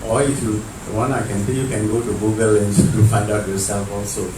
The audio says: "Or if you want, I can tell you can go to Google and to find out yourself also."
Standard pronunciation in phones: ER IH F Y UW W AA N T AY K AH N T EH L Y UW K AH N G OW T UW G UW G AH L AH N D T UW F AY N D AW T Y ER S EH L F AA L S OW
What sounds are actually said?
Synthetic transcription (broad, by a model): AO IH F Y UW W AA N AY K AH N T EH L Y UW K AH N G OW T UW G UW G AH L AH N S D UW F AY D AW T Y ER S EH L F AA L S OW